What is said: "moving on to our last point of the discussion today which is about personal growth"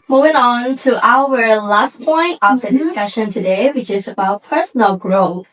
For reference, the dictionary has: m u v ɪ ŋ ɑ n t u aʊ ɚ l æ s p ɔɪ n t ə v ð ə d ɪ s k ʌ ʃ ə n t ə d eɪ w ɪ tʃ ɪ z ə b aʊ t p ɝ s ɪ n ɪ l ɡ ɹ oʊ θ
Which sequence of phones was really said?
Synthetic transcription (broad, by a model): m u v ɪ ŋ ɑ n t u aʊ ɚ l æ s p ɔɪ n t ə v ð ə d ɪ s k ʌ ʃ ə n t ə d eɪ w ɪ tʃ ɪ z ə b aʊ t p ɝ s ɪ n ɪ l ɡ ɹ oʊ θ